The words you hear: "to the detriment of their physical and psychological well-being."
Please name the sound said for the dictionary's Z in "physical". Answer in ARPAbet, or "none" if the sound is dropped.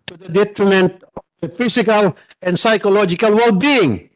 S